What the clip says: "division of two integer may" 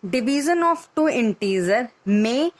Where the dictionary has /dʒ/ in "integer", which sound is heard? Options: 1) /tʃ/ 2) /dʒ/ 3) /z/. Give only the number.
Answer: 3